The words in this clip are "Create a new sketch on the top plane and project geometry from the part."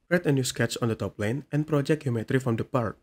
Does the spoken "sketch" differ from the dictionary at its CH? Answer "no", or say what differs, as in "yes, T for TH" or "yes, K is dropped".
yes, S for CH